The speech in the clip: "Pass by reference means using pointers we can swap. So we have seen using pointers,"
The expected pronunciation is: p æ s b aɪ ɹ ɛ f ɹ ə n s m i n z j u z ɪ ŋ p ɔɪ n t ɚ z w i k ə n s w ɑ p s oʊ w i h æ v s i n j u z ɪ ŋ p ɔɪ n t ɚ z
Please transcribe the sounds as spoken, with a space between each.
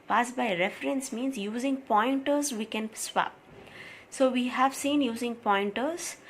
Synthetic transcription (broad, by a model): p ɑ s b aɪ ɹ ɛ f ɹ ə n s m i n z j u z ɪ ŋ p ɔɪ n t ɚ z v i k ə n s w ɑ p s oʊ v i h æ v s i n j u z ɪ ŋ p ɔɪ n t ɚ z